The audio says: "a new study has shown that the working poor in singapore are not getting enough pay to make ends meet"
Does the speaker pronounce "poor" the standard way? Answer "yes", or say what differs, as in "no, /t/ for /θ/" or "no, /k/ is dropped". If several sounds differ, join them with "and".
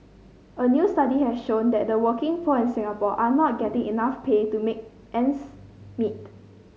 no, /f/ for /p/